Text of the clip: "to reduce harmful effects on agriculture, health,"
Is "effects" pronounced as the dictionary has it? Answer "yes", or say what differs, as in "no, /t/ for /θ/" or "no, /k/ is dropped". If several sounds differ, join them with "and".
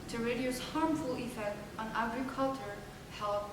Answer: no, /s/ is dropped